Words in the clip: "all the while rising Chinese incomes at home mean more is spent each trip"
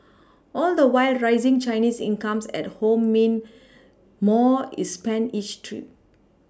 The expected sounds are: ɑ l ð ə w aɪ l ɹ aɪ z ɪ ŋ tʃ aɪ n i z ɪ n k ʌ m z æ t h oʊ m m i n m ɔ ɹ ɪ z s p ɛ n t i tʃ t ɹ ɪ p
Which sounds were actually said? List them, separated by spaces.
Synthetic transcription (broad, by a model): ɑ l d ə w aɪ l ɹ aɪ z ɪ ŋ tʃ aɪ n i s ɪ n k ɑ m s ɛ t h oʊ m m i n m ɔ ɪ s p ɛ n i tʃ t ɹ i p